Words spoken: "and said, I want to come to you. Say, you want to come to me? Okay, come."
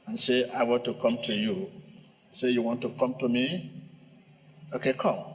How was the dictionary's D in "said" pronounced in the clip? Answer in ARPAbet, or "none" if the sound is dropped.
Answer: none